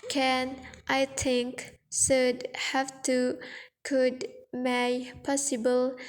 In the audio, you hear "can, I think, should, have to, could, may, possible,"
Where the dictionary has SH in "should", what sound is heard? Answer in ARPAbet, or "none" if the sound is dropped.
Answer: S